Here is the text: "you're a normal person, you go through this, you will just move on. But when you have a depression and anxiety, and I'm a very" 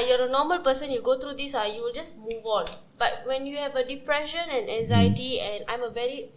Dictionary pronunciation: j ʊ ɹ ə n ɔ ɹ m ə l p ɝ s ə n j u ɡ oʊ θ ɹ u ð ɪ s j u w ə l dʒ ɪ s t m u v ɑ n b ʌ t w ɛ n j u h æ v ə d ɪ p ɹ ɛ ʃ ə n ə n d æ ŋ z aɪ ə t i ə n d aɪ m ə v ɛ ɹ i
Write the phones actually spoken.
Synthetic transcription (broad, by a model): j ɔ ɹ ə n ɔ m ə l p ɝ s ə n j u ɡ oʊ t ɹ u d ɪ s j u w ə l dʒ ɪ s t m u v ɑ n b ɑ t w ɛ n j u h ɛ v ə d ɪ p ɹ ɛ ʃ ə n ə n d æ ŋ z aɪ ə t i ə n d aɪ m ə v ɛ ɹ i